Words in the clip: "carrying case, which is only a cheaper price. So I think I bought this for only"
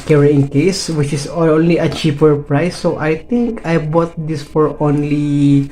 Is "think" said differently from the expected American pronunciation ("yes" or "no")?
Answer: yes